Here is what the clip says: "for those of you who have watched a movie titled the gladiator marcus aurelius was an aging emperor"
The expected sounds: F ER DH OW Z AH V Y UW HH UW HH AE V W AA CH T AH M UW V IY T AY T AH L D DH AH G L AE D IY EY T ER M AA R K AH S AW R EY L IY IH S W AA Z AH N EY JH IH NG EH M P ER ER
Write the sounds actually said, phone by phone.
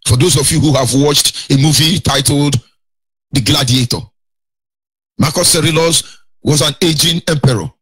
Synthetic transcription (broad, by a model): F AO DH OW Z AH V Y UW HH UW HH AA V W AA CH T AH M UW V IY T AY T L D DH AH G L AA D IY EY T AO M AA K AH S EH R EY L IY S W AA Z AH N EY JH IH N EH M P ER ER